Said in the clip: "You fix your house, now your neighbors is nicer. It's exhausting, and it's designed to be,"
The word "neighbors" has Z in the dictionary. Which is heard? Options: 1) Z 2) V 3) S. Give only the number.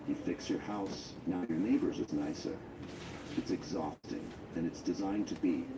1